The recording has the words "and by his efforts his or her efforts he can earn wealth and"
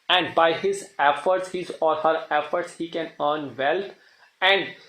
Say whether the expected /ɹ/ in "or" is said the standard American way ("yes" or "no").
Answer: no